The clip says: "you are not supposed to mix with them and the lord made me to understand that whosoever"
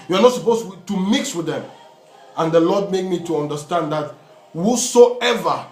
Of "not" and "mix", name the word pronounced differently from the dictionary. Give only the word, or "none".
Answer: none